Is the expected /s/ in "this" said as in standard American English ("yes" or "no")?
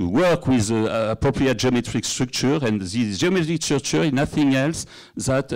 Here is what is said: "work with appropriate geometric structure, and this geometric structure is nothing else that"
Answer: no